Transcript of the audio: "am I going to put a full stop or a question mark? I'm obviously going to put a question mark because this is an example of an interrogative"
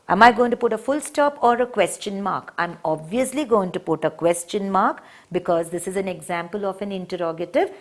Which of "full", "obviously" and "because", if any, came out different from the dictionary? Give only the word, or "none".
none